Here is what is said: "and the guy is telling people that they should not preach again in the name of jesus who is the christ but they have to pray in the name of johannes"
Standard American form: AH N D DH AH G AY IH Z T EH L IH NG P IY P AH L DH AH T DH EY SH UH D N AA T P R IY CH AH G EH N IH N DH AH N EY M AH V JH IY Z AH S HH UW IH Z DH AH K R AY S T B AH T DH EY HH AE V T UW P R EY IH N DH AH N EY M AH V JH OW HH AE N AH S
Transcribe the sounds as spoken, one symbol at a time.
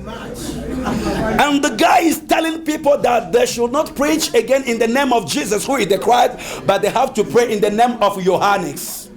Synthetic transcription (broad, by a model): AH N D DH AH G AY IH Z T EH L IH NG P IY P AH L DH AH T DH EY SH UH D N AA T P R IY CH AH G EH N IH N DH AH N EY M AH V JH IY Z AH S HH UW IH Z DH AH K R AY S T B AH T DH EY HH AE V T UW P R EY IH N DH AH N EY M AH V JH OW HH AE N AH S